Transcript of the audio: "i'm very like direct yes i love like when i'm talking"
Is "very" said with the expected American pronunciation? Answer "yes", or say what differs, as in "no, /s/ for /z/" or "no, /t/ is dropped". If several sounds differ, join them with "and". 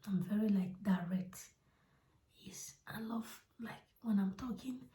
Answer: yes